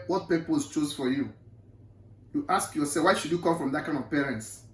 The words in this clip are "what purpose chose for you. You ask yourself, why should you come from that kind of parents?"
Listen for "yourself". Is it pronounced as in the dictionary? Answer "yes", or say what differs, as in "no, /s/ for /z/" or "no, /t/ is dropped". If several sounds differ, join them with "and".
no, /l/ is dropped